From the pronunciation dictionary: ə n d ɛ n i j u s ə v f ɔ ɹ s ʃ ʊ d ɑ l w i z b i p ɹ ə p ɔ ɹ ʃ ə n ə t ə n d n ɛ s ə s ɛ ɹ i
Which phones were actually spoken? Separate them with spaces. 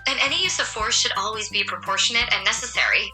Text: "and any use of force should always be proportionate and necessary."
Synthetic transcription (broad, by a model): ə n ɛ n i j u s ə v f ɔ ɹ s ʃ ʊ d ɑ l w i z b i p ɹ ə p ɔ ɹ ʃ ə n ə t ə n n ɛ s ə s ɛ ɹ i